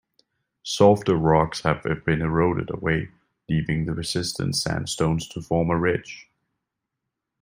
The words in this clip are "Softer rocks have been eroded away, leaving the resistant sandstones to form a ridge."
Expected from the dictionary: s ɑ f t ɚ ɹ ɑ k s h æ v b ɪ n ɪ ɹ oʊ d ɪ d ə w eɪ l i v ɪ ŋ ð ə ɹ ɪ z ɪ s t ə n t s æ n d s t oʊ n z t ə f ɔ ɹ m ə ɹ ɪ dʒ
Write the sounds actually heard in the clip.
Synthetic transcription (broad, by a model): s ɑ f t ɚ ɹ ɑ k s h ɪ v b ɪ n ɪ ɹ oʊ d ɪ d ə w eɪ l i v ɪ ŋ ð ə ɹ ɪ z ɪ s t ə n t s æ n s t oʊ n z t ə f ɔ ɹ m ə ɹ ɪ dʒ